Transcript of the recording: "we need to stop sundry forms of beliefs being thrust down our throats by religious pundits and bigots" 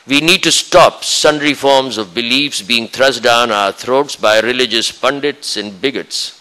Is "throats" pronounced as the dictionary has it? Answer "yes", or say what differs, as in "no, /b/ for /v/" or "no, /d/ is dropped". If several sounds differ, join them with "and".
no, /t/ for /θ/